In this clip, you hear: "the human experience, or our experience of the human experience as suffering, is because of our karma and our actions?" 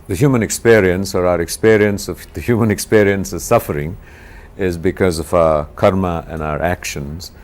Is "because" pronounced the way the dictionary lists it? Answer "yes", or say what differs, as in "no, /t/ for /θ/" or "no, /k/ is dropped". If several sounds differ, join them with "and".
yes